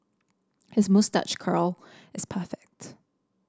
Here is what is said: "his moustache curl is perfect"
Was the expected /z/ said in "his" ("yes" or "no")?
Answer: yes